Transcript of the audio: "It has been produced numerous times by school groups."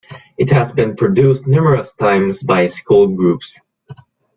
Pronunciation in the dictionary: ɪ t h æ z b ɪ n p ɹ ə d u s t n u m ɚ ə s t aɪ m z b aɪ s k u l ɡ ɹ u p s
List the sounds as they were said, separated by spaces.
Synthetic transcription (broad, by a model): ɪ t h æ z b ɪ n p ɹ ə d u s t n u m ɚ ə s t aɪ m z b aɪ s k u l ɡ ɹ u p s